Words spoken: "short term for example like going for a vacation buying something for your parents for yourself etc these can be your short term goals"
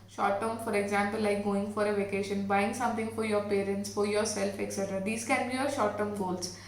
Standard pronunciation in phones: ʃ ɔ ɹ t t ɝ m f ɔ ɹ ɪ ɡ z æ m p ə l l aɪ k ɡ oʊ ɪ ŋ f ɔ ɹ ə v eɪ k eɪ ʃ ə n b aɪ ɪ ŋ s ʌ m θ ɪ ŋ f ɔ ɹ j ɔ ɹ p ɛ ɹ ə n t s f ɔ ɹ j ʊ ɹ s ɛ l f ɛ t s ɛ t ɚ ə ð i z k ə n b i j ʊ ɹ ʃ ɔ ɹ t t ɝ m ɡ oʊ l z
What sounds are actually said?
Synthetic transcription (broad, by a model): ʃ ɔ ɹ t t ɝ m f ɔ ɹ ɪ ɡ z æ m p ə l l aɪ k ɡ oʊ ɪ ŋ f ɔ ɹ ə v eɪ k eɪ ʃ ə n b aɪ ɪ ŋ s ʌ m t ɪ ŋ f ɔ ɹ j ɔ ɹ p ɛ ɹ ə n t s f ɔ ɹ j ʊ ɹ s ɛ l f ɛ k s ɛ t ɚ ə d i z k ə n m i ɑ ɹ ʃ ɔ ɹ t t ɝ m ɡ oʊ l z